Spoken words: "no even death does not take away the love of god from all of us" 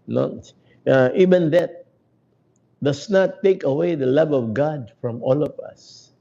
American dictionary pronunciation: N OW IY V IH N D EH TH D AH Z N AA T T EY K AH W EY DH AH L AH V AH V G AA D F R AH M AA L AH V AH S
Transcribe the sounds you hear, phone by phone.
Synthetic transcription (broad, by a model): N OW IY V IH N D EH T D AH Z N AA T T EY K AH W EY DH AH L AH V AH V G AA D F R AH M AA L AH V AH S